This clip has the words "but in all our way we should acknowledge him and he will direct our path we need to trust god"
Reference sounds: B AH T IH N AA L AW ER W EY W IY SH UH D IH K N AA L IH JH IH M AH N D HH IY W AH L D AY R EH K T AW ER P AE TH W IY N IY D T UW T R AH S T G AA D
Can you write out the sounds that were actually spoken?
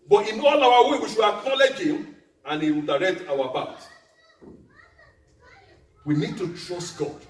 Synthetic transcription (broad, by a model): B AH T IH N AA L AW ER W EY W IY SH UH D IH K N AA L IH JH IH M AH N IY W AH L D AY R EH K T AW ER B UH T W IY N IY D T UW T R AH S T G AA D